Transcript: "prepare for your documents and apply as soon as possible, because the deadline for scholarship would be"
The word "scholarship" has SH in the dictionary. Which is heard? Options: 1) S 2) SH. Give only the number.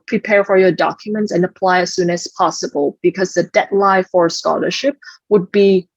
2